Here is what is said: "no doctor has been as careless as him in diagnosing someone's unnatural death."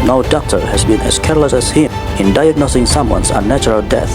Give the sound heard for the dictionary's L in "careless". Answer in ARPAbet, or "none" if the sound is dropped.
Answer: L